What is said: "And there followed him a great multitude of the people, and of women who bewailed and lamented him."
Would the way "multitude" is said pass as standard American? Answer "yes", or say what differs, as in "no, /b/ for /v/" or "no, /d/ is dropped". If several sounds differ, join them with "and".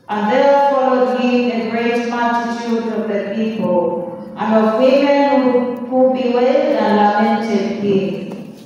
no, /l/ is dropped